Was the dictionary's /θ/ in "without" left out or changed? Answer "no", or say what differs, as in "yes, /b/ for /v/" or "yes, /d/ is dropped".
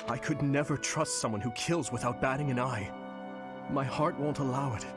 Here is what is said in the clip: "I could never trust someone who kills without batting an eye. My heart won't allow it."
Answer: no